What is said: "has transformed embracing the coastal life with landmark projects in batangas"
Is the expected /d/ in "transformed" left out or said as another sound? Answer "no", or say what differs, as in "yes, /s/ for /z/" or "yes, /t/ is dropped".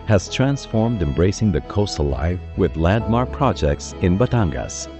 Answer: no